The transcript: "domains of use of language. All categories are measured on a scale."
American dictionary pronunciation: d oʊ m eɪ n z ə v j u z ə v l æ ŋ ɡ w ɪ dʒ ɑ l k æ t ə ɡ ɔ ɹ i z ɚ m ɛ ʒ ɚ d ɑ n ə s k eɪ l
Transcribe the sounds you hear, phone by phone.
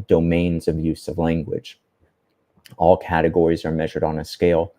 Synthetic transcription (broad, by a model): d oʊ m eɪ n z ə v j u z ə v l æ ŋ ɡ w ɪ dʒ ɑ l k æ t ə ɡ ɔ ɹ i z ɚ m ɛ ʒ ɚ d n ə s k eɪ l